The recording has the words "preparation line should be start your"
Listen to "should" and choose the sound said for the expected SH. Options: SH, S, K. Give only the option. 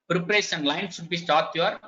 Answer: S